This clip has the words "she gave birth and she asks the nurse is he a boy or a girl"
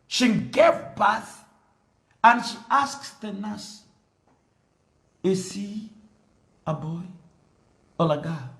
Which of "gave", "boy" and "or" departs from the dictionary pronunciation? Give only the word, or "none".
or